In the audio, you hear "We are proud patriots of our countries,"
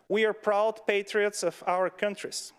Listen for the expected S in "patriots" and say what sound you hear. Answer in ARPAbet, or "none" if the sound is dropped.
S